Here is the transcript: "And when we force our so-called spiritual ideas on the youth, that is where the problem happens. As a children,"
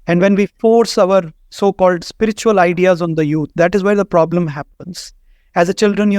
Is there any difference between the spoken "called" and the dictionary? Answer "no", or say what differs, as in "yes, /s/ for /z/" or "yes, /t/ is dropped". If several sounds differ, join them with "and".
no